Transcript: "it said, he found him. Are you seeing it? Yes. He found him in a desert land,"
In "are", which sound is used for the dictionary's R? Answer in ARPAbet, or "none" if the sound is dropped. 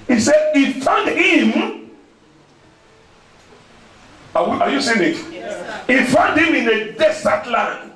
W